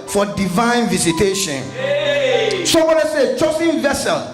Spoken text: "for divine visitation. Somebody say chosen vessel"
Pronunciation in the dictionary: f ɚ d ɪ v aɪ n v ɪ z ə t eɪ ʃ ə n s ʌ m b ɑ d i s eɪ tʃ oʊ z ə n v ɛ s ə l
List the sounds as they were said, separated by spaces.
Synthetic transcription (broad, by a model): f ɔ d ɪ v aɪ n v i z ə t eɪ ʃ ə n s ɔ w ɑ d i s eɪ tʃ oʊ s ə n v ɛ s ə l